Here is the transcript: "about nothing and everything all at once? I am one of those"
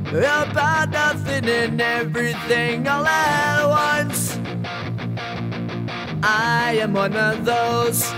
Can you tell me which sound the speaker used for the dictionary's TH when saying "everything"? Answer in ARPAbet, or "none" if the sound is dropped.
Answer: TH